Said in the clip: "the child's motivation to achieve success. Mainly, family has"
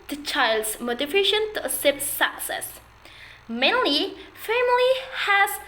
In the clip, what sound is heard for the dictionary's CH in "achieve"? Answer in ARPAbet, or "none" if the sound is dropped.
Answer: S